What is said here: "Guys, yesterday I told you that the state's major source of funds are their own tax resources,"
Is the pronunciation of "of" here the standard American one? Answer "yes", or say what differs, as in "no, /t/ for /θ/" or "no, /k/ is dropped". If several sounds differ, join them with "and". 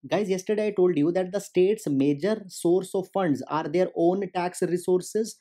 yes